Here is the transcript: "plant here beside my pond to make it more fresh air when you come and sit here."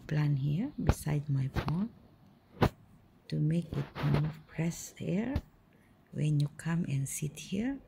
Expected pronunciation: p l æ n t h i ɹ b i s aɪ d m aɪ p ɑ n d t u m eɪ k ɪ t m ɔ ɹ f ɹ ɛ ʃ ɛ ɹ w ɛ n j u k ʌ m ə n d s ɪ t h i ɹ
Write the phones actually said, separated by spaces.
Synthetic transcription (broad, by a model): p l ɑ n h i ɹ b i s aɪ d m aɪ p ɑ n t u m eɪ k ɪ t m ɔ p ɹ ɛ s ɛ ɹ w ɛ n j u k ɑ m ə n s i t h i ɹ